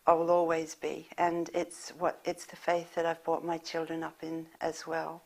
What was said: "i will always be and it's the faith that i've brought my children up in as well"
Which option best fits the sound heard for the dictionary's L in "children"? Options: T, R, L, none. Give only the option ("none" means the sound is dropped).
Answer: L